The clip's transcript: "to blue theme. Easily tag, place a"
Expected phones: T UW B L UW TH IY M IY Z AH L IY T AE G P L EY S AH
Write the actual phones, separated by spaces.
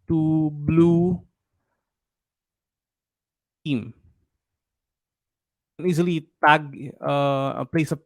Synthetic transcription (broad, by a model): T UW B L UW T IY M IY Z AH L IY T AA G P L EY S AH